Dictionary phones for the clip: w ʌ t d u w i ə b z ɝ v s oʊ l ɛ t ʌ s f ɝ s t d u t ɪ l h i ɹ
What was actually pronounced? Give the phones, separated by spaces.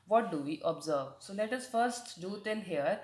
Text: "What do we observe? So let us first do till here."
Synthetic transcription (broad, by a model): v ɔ t d u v i ə b z ɝ v s oʊ l ɛ t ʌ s f ɝ s t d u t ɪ n h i ɹ